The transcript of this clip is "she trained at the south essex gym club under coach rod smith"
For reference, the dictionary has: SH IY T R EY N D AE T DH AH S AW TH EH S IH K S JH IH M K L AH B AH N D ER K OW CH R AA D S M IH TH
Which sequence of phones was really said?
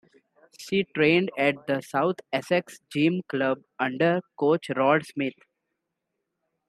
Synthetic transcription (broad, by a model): SH IY T R EY N D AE T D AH S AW T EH S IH K S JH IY M K L AH B AH N D ER K OW CH R AA D S M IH T